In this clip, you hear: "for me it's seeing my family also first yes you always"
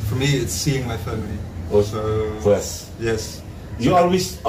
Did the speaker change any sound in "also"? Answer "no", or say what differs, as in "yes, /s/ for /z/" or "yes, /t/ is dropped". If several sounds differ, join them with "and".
yes, /l/ is dropped